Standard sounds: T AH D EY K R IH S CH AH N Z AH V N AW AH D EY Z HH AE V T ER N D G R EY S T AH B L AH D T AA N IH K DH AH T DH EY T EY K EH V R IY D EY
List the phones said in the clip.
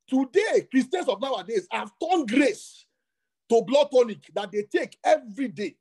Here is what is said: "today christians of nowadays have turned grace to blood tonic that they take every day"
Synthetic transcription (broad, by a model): T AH D EY K R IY S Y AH N S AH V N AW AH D EY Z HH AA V T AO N G R EY S T AH B L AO T AA N IH K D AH T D EY T EY K EH V R IY D EY